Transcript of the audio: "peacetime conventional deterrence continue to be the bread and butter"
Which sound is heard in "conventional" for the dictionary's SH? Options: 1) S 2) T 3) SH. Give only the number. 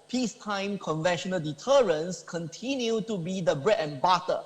3